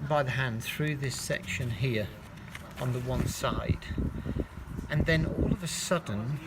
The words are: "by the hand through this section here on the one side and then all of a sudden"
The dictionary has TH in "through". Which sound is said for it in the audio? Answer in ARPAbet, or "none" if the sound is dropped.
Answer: TH